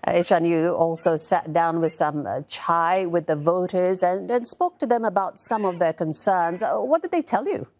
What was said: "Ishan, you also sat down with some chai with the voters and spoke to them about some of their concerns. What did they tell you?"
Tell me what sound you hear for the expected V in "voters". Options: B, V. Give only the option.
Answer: V